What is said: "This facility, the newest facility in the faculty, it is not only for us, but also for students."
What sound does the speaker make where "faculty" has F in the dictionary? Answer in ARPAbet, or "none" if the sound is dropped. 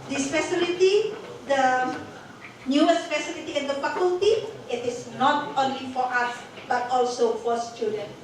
P